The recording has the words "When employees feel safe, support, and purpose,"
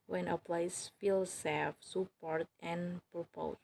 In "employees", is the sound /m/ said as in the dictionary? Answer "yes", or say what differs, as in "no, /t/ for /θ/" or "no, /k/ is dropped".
no, /m/ is dropped